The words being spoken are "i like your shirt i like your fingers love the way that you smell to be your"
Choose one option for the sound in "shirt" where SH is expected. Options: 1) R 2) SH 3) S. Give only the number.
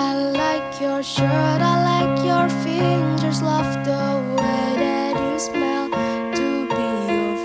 2